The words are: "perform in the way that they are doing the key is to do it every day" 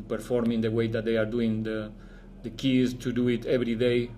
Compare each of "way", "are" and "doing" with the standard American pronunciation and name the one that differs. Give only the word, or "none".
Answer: none